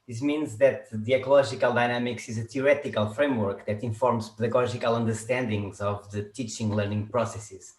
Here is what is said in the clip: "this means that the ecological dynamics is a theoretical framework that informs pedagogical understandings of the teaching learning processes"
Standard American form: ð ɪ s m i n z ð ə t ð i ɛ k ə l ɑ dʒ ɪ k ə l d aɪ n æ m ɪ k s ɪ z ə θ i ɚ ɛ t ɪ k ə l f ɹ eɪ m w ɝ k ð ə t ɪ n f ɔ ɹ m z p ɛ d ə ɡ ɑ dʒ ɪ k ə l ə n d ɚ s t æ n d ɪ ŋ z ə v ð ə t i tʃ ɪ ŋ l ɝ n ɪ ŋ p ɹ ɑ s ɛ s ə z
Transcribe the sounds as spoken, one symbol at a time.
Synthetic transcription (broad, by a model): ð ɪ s m i n z ð ə t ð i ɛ k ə l ɑ ʒ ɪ k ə l d aɪ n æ m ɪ k s ɪ z ə t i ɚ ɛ t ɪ k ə l f ɹ eɪ m w ɝ k ð ə t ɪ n f ɔ ɹ m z p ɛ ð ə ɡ ɑ ʒ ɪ k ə l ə n d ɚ s t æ n d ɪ ŋ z ə v ð ə t i tʃ ɪ ŋ l ɝ n ɪ ŋ p ɹ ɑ s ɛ s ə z